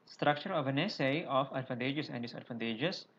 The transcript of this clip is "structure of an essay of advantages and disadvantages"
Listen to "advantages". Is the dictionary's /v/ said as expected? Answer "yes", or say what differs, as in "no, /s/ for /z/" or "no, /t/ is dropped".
no, /f/ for /v/